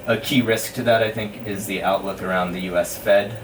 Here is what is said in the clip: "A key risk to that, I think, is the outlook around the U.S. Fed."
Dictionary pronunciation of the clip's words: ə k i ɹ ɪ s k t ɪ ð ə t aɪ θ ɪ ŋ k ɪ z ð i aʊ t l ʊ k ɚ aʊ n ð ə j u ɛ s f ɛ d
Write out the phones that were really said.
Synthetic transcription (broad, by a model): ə k i ɹ ɪ s k t ɪ ð ə t aɪ θ ɪ ŋ k ɪ z ð i aʊ t l ʊ k ɚ aʊ n ð ə j u ɛ s f ɛ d